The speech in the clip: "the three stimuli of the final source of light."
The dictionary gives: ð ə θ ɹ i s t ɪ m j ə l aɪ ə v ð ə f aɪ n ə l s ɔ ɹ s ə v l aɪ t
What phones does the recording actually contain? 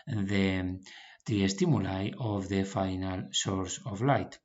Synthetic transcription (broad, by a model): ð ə t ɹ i s t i m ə l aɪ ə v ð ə f aɪ n ə l s ɔ ɹ s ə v l aɪ t